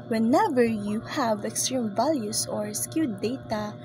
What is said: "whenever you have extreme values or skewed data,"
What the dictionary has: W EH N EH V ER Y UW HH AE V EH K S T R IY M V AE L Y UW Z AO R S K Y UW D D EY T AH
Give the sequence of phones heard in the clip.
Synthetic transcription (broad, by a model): W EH N EH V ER Y UW HH AE V EH K S T R IY M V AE L Y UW S AO R S K Y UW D D EY T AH